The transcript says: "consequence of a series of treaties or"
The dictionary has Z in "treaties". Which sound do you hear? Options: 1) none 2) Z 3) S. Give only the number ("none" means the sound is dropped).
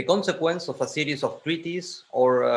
3